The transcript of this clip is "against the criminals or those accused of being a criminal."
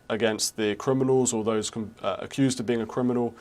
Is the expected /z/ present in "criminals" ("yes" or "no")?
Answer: yes